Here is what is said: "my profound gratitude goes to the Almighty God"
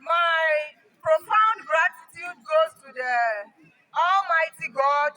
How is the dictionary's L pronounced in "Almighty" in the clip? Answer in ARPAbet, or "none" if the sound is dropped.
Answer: L